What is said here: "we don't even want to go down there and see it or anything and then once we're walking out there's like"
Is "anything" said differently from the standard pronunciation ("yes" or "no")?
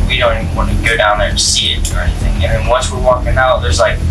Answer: no